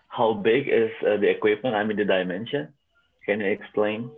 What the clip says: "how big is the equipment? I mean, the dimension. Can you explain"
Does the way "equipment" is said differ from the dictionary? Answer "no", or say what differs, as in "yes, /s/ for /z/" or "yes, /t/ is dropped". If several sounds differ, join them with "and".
no